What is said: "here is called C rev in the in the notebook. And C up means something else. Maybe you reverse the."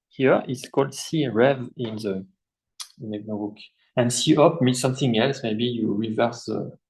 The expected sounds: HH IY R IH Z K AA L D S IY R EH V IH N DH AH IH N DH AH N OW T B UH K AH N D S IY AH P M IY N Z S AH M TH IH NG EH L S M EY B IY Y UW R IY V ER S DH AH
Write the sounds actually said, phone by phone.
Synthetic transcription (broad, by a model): HH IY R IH S K AA L D S IY R EH V IH N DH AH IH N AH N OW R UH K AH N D S IY AH P M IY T S AH M TH IH NG EH L S M EY B IY Y UW R IY V ER S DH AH